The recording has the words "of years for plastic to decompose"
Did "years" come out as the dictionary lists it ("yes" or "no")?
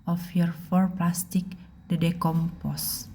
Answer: no